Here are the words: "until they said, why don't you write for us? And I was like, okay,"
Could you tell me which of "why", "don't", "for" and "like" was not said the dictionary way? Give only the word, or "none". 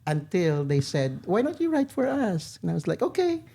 none